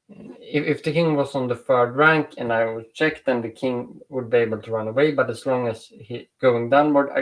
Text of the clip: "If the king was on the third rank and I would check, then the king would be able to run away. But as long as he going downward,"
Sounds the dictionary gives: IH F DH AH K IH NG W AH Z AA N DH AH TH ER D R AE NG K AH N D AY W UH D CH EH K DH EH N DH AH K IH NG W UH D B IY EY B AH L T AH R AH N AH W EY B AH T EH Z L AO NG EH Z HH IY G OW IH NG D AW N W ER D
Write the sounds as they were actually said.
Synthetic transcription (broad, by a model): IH F DH AH K IH NG W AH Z N DH AH F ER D R AE NG K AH N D AY W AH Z CH EH K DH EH N DH AH K IH NG W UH D B IY EY B AH L T AH R AH N AH W EY B AH T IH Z L AO NG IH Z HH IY G OW IH NG D AW N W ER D